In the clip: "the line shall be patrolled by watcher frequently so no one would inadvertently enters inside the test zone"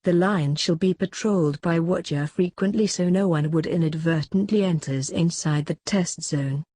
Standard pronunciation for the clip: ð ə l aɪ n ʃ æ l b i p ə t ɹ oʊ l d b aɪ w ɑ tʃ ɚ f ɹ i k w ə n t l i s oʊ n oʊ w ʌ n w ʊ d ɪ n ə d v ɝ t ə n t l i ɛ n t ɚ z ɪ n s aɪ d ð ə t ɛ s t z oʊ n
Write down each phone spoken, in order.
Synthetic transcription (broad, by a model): ð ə l aɪ n ʃ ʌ l b i p ə t ɹ oʊ l d b aɪ w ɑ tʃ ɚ f ɹ i k w ə n t l i s oʊ n oʊ w ʌ n w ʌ d ɪ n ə d v ɝ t n t l i ɛ n t ɚ z ɪ n s aɪ d ð ə t ɛ s t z oʊ n